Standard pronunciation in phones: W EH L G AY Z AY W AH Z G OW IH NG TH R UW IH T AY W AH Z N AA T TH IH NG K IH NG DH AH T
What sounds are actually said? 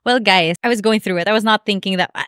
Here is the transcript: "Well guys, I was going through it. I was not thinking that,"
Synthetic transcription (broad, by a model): W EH L G AY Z AY W AH Z G OW IH NG TH R UW IH T AY W AH Z N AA T TH IH NG K IH NG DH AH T